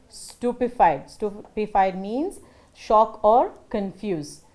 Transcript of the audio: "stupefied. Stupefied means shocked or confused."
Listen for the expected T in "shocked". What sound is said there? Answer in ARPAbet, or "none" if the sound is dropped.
none